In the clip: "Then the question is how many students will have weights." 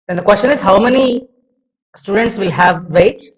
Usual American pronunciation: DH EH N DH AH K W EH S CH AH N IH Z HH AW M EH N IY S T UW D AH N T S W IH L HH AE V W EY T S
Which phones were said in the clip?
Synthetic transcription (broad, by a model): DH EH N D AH K W EH S CH AH N IH Z HH AW M EH N IY S T UW D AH N T S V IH L HH AE V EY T